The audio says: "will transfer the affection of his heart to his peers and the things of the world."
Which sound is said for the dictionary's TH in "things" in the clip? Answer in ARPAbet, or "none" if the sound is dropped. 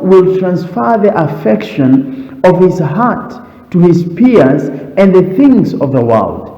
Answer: TH